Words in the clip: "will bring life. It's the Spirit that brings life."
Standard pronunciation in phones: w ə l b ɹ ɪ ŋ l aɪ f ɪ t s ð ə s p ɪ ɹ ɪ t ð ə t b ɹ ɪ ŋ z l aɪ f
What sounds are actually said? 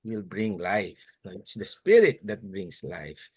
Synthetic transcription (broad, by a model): w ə l b ɹ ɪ ŋ l aɪ f ɪ t s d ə s p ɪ ɹ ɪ t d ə t b ɹ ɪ ŋ s l aɪ f